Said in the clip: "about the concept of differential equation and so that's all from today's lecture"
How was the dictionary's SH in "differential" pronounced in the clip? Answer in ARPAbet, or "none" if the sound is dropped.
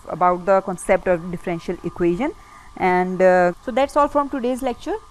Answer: SH